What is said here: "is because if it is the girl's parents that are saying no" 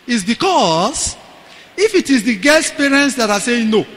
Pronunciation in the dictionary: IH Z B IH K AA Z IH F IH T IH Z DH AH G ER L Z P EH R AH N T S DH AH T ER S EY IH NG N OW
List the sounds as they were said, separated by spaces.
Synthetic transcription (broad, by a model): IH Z B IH K AA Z IH F IH T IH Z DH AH G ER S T P EH R AH N T S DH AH T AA S EY IH NG N OW